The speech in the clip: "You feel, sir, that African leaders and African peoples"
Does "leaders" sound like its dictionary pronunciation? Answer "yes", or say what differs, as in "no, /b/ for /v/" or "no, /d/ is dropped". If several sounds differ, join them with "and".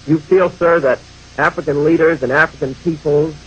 yes